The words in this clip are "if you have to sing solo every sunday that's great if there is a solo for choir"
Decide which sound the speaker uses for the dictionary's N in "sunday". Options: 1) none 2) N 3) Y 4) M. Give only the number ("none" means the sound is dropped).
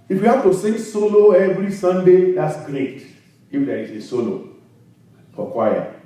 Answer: 2